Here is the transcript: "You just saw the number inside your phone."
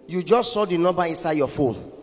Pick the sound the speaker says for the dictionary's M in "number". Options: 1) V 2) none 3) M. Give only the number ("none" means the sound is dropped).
2